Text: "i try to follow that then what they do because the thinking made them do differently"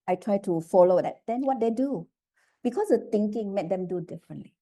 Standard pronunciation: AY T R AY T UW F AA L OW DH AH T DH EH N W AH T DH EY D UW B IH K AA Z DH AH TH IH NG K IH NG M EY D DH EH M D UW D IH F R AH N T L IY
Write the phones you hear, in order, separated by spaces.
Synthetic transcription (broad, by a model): AY T R AY T UW F AA L OW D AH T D EH N W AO T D EY D UW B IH K AA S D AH T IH NG K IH NG M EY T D EH M D UW D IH F R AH N T L IY